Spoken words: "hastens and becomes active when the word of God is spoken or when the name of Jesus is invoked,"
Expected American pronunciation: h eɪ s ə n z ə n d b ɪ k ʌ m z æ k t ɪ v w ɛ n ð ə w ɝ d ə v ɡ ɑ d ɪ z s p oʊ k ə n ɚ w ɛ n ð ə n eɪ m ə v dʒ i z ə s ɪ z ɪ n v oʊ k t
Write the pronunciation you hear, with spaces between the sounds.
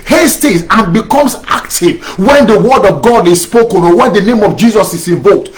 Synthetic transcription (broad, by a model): h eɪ s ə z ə n b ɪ k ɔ m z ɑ k t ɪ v w ɛ n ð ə w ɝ d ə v ɡ ɑ d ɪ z s p oʊ k ə n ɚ w ɛ n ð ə n eɪ m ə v dʒ i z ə s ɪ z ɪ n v oʊ t